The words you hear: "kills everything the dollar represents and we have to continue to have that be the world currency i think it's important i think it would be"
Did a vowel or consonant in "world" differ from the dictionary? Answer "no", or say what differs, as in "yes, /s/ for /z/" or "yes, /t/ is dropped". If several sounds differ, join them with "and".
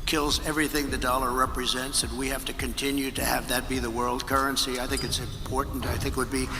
no